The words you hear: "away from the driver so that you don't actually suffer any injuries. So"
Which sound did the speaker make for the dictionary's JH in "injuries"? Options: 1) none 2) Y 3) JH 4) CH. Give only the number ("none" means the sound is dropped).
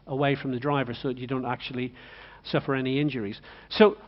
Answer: 3